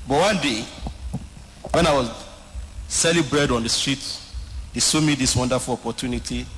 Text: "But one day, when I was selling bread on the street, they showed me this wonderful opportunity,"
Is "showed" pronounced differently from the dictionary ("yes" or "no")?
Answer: yes